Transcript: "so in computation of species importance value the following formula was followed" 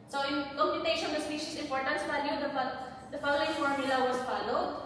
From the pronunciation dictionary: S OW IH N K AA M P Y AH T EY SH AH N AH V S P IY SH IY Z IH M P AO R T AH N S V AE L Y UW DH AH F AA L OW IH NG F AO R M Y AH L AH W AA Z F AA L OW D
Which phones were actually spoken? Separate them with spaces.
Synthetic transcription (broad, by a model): S OW IH N K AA M P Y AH T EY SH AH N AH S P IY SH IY S IH M P AO R T AH N S F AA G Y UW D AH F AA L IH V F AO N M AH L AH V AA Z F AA L OW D